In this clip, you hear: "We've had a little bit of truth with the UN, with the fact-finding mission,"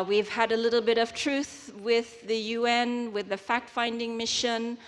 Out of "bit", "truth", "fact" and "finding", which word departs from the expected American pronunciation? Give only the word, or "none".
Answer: none